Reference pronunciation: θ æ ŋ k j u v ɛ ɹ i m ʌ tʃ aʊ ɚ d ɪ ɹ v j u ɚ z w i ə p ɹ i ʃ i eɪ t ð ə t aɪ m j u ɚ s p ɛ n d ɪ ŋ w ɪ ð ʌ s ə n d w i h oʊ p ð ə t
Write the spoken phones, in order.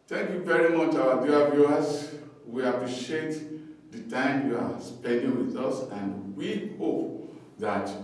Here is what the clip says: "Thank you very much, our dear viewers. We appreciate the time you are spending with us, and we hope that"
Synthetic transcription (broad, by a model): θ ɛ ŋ k j u v ɛ ɹ i m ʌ tʃ aʊ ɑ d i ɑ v j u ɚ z w i ə p ɹ i ʃ i eɪ t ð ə t aɪ m j u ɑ s p ɛ n d ɪ ŋ w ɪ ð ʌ s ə n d w i h oʊ p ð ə t